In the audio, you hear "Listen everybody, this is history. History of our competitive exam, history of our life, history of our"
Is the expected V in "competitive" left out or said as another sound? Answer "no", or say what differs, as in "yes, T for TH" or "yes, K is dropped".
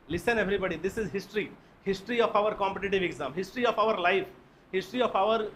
no